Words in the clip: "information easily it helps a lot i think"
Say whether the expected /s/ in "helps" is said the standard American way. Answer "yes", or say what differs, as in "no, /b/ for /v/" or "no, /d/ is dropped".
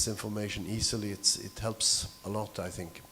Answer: yes